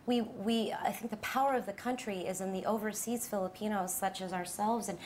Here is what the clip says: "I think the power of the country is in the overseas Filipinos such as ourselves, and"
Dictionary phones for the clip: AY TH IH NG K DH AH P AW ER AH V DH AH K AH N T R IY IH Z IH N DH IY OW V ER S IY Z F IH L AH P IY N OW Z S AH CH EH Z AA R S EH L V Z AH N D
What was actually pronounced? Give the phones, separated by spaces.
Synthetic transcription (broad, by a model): AY TH IH NG K DH AH P AW ER AH V DH AH K AH N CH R IY IH Z IH N DH IY OW V ER S IY Z F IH L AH P IY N OW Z S AH CH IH Z AA R S EH L V Z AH N